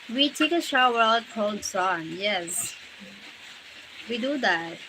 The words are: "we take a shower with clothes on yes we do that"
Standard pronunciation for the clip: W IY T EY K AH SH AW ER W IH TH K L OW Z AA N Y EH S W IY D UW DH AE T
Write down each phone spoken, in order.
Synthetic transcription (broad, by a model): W IY T EY K AH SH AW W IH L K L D S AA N Y EH S W IY D UW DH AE T